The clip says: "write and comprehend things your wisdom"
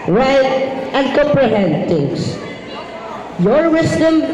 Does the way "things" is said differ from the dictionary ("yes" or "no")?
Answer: yes